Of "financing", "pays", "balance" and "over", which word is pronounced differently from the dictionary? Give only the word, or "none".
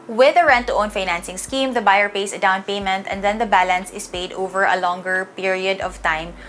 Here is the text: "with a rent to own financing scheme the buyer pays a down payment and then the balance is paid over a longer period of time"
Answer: pays